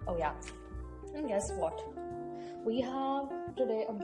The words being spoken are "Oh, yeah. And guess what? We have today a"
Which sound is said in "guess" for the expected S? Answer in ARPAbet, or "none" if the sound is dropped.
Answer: S